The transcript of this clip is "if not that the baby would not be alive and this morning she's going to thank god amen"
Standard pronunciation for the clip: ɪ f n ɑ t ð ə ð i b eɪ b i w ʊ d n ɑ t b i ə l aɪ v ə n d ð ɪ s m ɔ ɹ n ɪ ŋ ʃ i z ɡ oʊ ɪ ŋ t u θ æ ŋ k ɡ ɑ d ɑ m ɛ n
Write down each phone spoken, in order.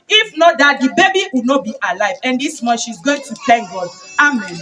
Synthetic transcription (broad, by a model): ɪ f n ɑ t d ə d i b eɪ b i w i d n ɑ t b i ə l aɪ v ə n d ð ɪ s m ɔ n ʃ i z ɡ oʊ ɪ ŋ t u t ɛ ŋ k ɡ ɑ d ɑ m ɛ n